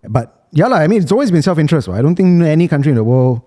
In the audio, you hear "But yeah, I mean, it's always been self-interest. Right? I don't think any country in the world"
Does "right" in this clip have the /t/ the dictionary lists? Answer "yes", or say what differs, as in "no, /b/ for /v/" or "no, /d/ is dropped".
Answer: no, /t/ is dropped